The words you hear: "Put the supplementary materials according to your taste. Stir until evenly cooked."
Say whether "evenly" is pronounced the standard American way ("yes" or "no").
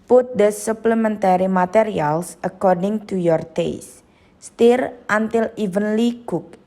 yes